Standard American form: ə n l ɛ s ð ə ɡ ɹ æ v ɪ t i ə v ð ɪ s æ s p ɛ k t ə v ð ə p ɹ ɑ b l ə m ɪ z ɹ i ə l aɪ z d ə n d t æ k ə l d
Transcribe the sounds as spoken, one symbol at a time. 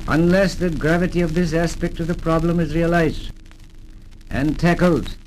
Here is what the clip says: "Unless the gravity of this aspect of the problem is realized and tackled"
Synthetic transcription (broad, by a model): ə n l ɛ s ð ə ɡ ɹ æ v ɪ t i ə v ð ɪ s æ s p ɛ k t ə v ð ə p ɹ ɑ b l ə m ɪ z ɹ i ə l aɪ z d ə n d t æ k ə l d